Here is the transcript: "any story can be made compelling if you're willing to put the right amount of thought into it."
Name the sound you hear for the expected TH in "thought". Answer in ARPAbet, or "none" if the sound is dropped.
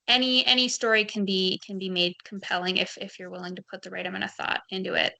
TH